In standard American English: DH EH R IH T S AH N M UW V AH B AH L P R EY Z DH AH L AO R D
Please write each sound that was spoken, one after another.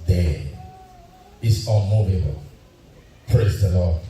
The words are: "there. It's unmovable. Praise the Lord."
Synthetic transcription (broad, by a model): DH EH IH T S AH N M UW V AH B AH L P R EY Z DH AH L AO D